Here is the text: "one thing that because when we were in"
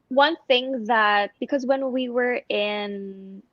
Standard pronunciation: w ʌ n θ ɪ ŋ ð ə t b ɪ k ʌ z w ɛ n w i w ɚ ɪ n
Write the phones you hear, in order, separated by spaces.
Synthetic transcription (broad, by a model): w ʌ n θ ɪ ŋ ð ə t b ɪ k ʌ z w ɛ n w i w ɚ ɪ n